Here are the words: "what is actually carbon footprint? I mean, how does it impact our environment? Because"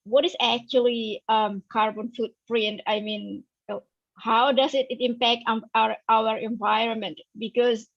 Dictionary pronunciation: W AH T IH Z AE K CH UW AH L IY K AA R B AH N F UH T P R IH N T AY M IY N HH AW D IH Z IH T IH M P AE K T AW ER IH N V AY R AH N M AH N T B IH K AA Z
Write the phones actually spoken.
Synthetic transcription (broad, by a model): W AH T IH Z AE K CH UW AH L IY K AA R B AH N F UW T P R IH N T AY M IY N HH AW D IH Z IH T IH M P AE K T AW ER IH N V AY R AH N M AH N T B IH K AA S